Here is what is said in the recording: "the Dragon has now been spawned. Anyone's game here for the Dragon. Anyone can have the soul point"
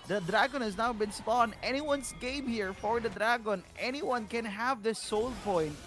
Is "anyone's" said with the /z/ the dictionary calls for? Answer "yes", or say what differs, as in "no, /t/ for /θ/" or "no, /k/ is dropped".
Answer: no, /s/ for /z/